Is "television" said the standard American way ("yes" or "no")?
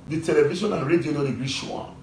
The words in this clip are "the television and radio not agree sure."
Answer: no